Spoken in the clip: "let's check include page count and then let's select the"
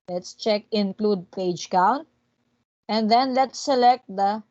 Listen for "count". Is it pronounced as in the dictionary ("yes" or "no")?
no